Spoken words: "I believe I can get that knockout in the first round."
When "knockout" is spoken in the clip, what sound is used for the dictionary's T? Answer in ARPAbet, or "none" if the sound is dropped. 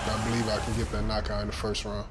none